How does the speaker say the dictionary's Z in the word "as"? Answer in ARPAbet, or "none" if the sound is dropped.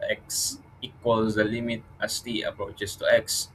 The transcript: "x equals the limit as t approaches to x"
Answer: S